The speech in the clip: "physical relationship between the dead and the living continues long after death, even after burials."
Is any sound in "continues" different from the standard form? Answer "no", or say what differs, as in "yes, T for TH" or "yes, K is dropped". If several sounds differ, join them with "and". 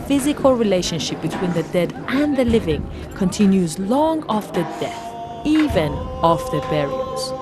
no